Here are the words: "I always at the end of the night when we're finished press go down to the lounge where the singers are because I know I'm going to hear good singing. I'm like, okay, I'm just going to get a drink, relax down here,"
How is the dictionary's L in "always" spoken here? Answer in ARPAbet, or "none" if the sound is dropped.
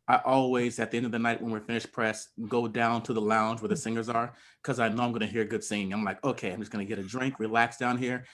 L